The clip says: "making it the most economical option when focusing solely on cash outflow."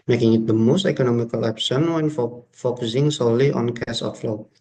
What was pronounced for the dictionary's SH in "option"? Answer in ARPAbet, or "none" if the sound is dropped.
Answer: S